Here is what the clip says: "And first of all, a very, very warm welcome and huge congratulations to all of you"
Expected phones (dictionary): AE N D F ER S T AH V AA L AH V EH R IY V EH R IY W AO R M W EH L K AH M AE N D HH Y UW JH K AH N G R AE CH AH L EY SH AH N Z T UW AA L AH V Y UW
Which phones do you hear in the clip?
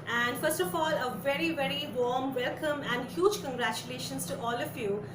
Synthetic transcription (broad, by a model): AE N D F ER S T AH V AA L AH V EH R IY V EH R IY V AO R M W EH L K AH M AE N D HH Y UW JH K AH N G R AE CH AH L EY SH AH N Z T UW AA L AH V Y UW